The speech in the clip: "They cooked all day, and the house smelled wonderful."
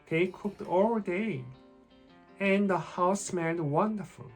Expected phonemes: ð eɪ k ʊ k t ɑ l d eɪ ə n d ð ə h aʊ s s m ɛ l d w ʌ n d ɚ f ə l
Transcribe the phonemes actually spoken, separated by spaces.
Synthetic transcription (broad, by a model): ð eɪ k ʊ k t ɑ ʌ d eɪ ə n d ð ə h aʊ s s m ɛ n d w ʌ n d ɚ f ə l